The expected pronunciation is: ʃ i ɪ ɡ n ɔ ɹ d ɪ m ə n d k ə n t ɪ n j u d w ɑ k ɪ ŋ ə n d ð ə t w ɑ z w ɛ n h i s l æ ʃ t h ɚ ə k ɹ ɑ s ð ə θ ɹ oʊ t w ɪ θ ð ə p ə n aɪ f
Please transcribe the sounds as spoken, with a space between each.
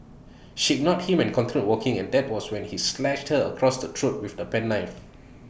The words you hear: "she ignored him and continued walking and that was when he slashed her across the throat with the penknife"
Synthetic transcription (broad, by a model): ʃ i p n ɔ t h ɪ m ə n k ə n t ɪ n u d w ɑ k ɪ ŋ ə n d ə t w ɑ s w ɛ n h i s l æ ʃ t h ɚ ə k ɹ ɑ s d ə t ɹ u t w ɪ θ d ə p ə n aɪ f